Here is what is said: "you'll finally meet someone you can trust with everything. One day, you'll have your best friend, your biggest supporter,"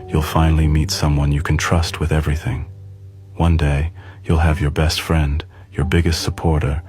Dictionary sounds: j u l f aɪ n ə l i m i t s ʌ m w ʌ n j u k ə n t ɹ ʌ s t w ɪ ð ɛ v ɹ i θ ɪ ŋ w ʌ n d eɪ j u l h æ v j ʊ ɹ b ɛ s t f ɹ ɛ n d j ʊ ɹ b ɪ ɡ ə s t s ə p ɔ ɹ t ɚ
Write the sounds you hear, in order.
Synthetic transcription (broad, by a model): j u l f aɪ n l i m i t s ʌ m w ʌ n j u k n t ɹ ʌ s t w ɪ ð ɛ v ɹ i θ ɪ ŋ w ʌ n d eɪ j u l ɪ v j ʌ ɹ b ɛ s t f ɹ ɛ n d j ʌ ɹ b ɪ ɡ ə s t s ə p ɔ ɹ t ɚ